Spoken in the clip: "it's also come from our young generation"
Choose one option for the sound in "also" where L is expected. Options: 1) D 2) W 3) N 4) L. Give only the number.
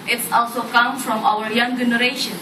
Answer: 4